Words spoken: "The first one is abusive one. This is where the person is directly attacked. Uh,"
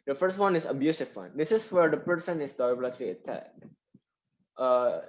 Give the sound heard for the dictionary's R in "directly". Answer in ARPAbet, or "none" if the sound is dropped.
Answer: L